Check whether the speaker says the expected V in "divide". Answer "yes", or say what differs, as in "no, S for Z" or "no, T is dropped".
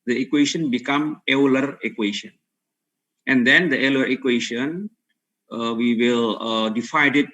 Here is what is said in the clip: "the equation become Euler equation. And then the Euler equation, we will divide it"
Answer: no, F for V